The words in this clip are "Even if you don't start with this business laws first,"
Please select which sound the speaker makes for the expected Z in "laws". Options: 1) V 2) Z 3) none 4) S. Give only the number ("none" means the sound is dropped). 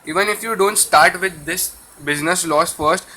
4